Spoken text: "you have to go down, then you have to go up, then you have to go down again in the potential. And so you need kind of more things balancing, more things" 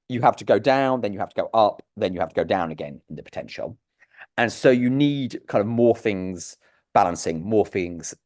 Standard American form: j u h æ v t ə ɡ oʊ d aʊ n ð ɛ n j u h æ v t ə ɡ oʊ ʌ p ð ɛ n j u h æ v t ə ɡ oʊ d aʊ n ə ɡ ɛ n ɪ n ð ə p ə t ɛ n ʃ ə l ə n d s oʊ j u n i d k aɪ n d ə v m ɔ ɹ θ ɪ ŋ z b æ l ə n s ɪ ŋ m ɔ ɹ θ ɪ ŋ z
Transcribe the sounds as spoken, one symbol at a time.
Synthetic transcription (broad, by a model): j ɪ h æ f t ə ɡ oʊ d aʊ n ð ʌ n j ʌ h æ f t ə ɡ oʊ ʌ p ð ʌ n j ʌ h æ f t ə ɡ oʊ d aʊ n ə ɡ ɛ n ɪ n ð ə p ə t ɛ n ʃ ə l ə n s oʊ j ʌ n i d k aɪ n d ə v m ɔ θ ɪ ŋ z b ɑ l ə n s ɪ ŋ m ɔ θ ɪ ŋ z